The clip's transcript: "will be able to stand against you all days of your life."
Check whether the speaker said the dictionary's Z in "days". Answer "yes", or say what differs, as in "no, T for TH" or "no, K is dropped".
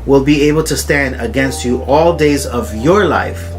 yes